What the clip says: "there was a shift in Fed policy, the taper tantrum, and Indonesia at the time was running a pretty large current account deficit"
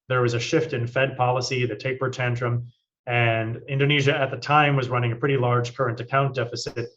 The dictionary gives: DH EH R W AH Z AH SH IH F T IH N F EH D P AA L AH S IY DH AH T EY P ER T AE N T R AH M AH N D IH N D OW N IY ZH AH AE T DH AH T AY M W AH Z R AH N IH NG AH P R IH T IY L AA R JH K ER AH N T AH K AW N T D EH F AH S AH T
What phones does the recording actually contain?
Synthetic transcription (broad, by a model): DH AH R W AH Z AH SH IH F T IH N F EH D P AA L AH S IY DH AH T EY P ER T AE N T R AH M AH N IH N D OW N IY ZH AH T DH AH T AY M W AH Z R AH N IH NG AH P R IH T IY L AA R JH K ER AH N T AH K AW N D EH F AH S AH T